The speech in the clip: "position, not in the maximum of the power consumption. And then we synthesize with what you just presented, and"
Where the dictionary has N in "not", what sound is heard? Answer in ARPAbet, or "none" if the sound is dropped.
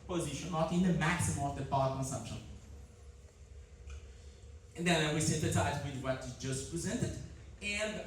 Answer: L